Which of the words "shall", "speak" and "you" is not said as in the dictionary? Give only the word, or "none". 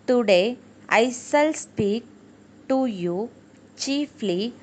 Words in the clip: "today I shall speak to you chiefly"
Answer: shall